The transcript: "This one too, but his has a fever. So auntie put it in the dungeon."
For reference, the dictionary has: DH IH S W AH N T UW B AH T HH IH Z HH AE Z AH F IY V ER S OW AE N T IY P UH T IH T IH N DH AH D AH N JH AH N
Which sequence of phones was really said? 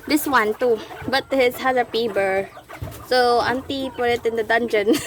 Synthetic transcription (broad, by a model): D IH S W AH N T UW B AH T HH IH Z HH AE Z AH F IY B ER S OW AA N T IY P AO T IH T IH N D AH D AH N JH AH N